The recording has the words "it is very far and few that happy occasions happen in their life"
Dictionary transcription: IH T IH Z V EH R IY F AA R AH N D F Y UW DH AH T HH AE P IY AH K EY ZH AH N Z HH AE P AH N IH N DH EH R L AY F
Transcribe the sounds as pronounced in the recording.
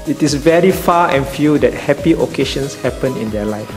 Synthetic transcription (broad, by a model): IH T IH S V EH R IY F AA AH N F Y UW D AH T HH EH P IY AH K EY SH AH N S HH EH P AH N IH N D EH L AY F